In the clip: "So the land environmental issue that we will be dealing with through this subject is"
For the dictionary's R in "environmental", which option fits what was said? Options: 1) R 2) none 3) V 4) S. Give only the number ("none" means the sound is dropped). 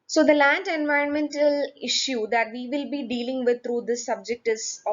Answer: 1